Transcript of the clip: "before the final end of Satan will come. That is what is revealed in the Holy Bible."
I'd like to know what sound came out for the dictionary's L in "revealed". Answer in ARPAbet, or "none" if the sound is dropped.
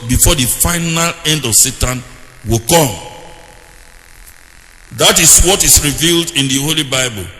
L